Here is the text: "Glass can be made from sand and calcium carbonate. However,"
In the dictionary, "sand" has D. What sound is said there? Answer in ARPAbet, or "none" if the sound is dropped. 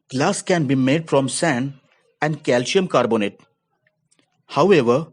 none